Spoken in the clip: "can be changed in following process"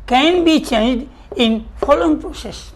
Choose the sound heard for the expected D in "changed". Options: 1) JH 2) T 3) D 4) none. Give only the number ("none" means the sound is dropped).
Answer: 3